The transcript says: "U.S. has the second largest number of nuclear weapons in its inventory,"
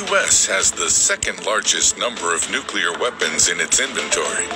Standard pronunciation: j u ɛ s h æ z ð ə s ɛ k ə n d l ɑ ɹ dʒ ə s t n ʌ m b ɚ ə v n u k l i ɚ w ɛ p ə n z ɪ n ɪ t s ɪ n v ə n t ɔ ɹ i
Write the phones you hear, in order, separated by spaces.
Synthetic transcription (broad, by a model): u ɛ s h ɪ z ð ə s ɛ k ə n d l ɑ ɹ dʒ ə s t n ʌ m b ɚ ə v n u k l i ɚ w ɛ p ə n z ɪ n ɪ t s ɪ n v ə n t ɔ ɹ i